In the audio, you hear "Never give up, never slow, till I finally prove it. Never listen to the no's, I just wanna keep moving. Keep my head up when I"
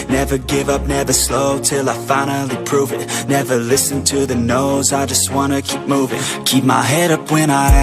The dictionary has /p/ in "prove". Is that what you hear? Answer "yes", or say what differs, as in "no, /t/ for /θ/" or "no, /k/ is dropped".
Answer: yes